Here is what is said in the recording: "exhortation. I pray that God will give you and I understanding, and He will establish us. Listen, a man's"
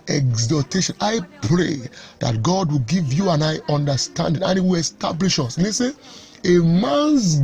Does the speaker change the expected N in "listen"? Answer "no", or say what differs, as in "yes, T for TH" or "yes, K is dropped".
yes, N is dropped